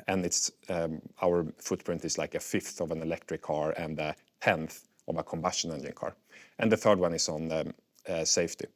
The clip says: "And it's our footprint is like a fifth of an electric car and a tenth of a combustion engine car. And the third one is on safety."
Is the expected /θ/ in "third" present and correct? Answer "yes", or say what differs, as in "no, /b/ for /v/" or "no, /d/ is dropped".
yes